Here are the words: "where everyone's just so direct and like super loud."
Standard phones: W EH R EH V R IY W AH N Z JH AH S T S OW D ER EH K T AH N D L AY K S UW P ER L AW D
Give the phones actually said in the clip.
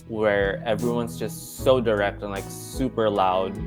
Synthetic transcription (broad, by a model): W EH R EH V R IY W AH N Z JH AH S T S OW D ER EH K T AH N L AY K S UW P ER L AW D